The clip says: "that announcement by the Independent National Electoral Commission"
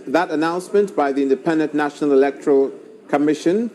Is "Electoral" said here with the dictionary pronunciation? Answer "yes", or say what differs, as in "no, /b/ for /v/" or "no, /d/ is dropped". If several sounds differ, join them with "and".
yes